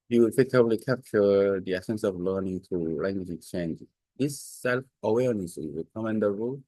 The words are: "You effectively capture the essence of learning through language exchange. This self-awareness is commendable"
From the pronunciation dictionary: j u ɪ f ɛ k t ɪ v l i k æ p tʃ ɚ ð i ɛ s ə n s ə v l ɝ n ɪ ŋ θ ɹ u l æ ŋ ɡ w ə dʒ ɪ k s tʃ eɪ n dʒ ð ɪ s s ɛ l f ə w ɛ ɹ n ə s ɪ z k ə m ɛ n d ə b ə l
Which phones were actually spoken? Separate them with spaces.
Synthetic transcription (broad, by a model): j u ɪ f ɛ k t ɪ b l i k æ p tʃ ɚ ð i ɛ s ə n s ə v l ɝ n ɪ ŋ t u l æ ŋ ɡ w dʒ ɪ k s tʃ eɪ n dʒ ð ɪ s s ɛ l f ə w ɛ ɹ n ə s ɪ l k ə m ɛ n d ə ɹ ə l